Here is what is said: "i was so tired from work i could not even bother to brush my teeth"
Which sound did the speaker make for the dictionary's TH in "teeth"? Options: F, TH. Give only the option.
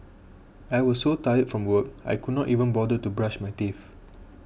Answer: F